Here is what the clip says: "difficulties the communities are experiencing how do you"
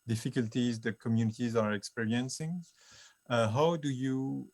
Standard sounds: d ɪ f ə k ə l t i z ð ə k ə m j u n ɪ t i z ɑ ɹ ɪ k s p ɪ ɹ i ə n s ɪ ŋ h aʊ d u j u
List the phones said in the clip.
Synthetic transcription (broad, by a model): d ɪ f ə k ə l t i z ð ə k ə m j u n ɪ t i z ɑ ɹ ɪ k s p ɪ ɹ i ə n s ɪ ŋ h aʊ d u j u